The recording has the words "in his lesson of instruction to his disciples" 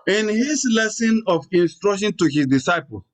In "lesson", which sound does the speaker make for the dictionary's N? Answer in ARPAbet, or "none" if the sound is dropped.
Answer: N